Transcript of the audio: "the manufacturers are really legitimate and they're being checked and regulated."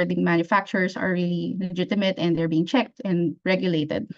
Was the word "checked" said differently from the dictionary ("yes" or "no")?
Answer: no